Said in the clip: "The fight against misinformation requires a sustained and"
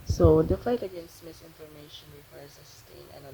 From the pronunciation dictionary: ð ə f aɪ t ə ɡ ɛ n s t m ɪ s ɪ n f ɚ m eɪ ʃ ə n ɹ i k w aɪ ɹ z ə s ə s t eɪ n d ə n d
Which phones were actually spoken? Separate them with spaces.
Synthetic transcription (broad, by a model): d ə f aɪ t ə ɡ ɛ n s t m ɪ s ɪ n f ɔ m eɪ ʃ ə n ɹ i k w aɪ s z ə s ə s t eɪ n ə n